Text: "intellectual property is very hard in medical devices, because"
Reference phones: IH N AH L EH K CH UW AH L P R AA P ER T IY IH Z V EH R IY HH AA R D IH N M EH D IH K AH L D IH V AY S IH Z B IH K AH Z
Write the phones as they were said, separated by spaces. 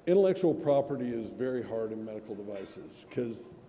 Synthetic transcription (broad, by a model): IH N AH L EH K CH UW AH L P R AA P ER T IY IH Z V EH R IY HH AA R D IH N M EH D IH K L D IH V AY S IH Z K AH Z